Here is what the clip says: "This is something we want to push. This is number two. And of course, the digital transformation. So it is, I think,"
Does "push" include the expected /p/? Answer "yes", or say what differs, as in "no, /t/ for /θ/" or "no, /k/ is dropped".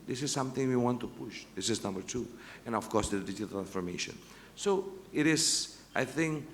yes